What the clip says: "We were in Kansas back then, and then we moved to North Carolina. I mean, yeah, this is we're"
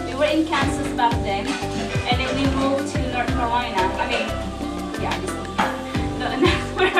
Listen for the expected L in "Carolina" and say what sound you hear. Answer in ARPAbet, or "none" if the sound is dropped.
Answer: none